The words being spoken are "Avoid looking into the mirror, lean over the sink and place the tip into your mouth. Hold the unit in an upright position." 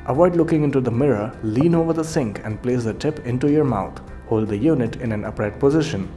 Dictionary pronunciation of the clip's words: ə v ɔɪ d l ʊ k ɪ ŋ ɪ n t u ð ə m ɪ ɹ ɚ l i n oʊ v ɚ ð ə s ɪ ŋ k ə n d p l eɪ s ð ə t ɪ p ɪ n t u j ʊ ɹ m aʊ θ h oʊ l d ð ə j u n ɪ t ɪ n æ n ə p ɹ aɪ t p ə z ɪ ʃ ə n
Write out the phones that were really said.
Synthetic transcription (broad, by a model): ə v ɔɪ d l ʊ k ɪ ŋ ɪ n t u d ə m ɪ ɹ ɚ l i n oʊ v ɚ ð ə s ɪ ŋ k ə n d p l eɪ s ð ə t ɪ p ɪ n t u j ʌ ɹ m aʊ t h oʊ l d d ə j u n ɪ t ɪ n æ n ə p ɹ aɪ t p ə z ɪ ʃ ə n